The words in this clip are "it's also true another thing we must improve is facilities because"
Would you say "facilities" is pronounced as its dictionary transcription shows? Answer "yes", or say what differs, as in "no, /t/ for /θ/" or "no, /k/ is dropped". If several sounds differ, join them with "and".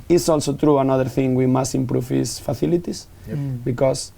no, /θ/ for /s/